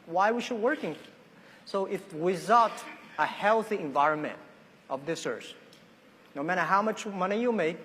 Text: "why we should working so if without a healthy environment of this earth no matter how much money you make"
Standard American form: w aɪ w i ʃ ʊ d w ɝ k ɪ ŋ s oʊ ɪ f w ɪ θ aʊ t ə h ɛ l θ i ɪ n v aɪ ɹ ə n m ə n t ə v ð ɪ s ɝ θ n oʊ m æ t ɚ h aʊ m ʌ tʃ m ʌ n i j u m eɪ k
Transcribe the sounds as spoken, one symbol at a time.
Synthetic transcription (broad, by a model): w aɪ w i ʃ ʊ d w ɝ k ɪ ŋ s oʊ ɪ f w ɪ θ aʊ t ə h ɛ l θ i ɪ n v aɪ ɹ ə n m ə n t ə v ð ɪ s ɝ s n oʊ m æ t ɚ h aʊ m ʌ tʃ m ʌ n i j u m eɪ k